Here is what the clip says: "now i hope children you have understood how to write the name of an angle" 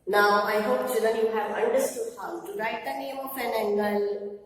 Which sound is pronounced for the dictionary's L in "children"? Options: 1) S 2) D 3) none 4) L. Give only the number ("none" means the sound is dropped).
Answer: 3